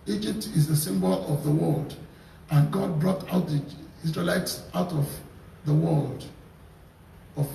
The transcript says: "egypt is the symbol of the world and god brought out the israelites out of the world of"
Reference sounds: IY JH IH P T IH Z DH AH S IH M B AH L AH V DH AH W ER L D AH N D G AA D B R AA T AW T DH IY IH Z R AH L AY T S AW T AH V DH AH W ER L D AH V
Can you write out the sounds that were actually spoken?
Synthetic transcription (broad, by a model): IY JH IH P T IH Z DH AH S IH M B AH L AH V DH AH W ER L D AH N G AA D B R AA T AW T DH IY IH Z R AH L AY T S AW T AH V DH AH W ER L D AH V